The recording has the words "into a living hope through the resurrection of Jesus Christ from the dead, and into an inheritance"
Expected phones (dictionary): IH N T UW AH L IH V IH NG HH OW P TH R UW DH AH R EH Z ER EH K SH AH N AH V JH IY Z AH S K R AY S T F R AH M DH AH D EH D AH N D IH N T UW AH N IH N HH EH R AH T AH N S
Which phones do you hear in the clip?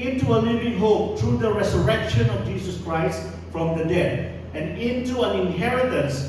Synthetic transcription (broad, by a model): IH N T UW AH L IH V IH NG HH OW P T R UW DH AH R EH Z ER EH K SH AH N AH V JH IY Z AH S K R AY S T F R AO M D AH D EH D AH N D IH N T UW AH N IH N HH EH R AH T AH N S